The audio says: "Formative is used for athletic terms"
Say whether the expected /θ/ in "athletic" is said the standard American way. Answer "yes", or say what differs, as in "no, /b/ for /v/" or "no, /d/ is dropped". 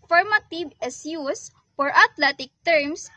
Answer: no, /t/ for /θ/